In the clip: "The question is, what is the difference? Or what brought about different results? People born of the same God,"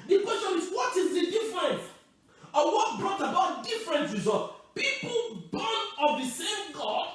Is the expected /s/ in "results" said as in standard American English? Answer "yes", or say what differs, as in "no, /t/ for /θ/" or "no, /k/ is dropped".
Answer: no, /s/ is dropped